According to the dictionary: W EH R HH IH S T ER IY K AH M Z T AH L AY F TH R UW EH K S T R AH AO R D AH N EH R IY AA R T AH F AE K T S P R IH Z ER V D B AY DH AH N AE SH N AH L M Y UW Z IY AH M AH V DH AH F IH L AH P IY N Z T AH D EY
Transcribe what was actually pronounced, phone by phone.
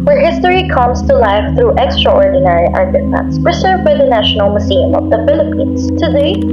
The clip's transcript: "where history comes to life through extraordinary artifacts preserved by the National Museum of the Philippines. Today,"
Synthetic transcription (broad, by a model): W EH R HH IH S T ER IY K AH M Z T AH L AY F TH R UW EH K S T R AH AO R D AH N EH R IY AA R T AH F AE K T S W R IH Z ER V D B AY DH AH N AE SH N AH L M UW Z IY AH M AH V DH AH F IH L AH P IY N Z T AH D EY